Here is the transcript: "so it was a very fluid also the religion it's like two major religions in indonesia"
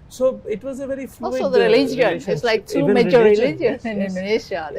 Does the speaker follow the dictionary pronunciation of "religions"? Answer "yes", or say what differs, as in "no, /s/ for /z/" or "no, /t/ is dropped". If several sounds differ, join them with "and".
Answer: no, /z/ is dropped